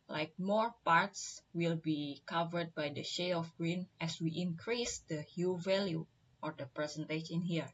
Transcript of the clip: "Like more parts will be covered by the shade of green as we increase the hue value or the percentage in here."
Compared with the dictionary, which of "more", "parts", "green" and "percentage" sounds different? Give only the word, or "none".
percentage